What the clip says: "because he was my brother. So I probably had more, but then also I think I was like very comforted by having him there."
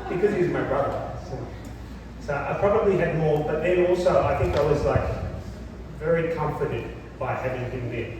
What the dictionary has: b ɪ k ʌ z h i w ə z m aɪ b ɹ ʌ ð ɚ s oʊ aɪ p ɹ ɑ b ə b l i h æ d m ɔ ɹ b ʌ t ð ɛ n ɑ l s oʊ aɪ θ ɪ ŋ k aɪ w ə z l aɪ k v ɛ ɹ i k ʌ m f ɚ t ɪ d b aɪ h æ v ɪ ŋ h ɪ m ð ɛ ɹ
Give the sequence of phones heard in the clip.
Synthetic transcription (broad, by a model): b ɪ k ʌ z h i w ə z m aɪ b ɹ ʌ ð ɚ s oʊ aɪ p ɹ ɑ b ə b l i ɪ d m ɔ ɹ b ʌ t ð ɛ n ɑ l s oʊ aɪ θ ɪ ŋ k aɪ w ə z l aɪ k v ɛ ɹ i k ʌ m f ɚ t ɪ d b aɪ h æ v ɪ ŋ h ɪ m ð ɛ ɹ